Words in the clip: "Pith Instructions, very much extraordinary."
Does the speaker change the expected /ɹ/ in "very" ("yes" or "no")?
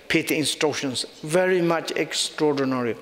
no